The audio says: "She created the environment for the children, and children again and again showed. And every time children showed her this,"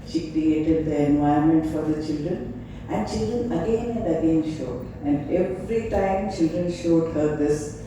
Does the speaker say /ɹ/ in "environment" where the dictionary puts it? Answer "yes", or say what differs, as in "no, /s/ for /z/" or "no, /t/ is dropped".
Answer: no, /ɹ/ is dropped